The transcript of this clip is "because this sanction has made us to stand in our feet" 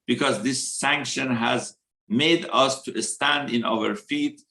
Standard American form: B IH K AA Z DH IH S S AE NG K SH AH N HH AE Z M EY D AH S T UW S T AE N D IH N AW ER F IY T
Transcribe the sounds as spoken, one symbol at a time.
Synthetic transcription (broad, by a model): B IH K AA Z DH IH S S AE NG K SH AH N HH AE Z M EY D AH S T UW S T AE N D IH N AW ER F IY T